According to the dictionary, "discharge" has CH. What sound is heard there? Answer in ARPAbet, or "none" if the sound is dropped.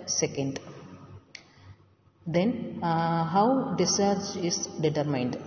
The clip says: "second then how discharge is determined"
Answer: none